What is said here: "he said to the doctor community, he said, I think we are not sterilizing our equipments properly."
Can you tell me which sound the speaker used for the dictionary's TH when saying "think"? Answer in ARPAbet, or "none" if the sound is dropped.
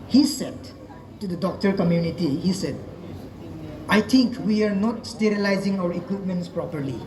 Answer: T